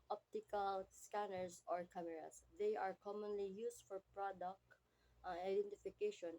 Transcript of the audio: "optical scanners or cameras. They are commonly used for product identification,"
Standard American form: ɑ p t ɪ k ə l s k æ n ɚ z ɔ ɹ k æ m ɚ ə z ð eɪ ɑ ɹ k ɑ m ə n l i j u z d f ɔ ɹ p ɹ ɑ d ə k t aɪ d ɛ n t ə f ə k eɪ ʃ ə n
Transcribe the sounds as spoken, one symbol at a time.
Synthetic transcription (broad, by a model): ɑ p t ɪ k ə l s k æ n ɚ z ɔ ɹ k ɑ m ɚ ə s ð eɪ ɑ ɹ k ɑ m ə n l i j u s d f ɔ ɹ p ɹ ɑ d ə k t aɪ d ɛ n t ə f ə k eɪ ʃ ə n